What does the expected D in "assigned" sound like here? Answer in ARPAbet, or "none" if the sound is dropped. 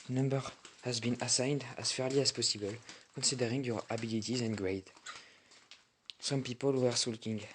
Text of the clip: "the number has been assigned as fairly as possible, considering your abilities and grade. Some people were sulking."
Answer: D